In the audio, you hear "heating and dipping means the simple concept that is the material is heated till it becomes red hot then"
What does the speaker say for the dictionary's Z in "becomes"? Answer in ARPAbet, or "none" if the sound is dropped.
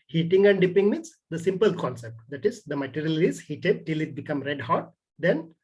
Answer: none